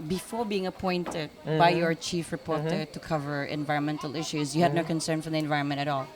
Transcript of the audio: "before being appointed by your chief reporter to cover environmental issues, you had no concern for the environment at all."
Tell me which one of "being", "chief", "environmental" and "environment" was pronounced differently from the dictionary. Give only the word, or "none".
none